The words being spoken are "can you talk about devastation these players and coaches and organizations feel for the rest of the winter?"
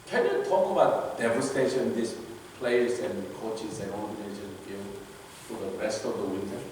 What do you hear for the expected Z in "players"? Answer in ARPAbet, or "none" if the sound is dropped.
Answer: S